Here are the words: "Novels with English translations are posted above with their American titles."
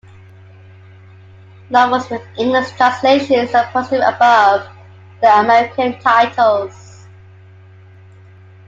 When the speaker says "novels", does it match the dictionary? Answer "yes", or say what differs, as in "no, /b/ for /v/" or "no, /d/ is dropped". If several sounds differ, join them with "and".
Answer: no, /w/ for /v/ and /l/ is dropped